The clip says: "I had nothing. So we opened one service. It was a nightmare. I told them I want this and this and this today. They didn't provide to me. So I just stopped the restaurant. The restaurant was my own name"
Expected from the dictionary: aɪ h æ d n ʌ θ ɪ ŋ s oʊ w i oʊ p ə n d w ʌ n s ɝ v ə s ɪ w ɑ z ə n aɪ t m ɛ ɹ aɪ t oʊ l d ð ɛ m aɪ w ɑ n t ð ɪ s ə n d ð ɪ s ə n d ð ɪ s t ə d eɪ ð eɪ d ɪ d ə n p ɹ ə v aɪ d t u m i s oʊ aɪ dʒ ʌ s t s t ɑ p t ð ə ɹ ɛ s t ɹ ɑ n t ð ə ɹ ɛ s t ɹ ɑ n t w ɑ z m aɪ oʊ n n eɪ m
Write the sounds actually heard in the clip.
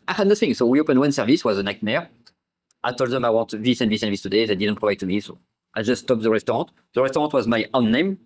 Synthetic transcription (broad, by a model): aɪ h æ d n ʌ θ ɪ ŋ s oʊ w i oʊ p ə n w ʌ n s ɝ v ə s w ɑ z ə n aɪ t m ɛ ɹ aɪ t oʊ l d ð ɛ m aɪ w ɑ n t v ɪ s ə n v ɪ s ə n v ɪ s t ə d eɪ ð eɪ d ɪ d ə n p ɹ ə v aɪ d t u m i s oʊ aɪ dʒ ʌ s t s t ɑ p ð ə ɹ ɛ s t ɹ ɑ t ð ə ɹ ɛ s t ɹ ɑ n t w ɑ z m aɪ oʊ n n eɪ m